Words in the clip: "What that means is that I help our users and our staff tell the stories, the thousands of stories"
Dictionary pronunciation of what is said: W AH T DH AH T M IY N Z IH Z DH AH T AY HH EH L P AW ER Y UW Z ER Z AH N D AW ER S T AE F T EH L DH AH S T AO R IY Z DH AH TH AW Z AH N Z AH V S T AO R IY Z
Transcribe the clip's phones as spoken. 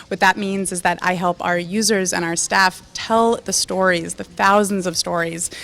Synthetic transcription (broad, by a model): W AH T DH AH T M IY N Z IH Z DH AH T AY HH EH L P AW ER Y UW Z ER Z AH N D AW ER S T AE F T EH L DH AH S T AO R IY Z DH AH TH AW Z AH N Z AH V S T AO R IY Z